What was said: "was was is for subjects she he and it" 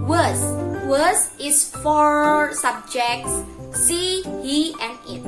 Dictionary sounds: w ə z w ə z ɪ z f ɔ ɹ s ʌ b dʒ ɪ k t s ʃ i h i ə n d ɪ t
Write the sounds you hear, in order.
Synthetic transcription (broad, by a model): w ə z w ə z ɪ s f ɔ ɹ s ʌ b dʒ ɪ k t s s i h i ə n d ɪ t